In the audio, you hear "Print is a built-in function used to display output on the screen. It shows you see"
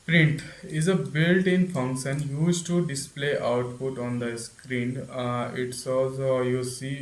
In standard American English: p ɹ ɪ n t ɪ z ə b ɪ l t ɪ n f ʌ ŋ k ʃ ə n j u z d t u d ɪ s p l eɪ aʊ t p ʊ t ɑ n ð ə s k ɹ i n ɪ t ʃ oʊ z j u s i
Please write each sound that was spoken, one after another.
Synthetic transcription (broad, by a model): p ɹ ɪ n t ɪ z ə b ɪ l t ɪ n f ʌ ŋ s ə n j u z t u d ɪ s p l eɪ aʊ t p ʊ t ɑ n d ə s k ɹ i n ɪ t s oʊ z j u s i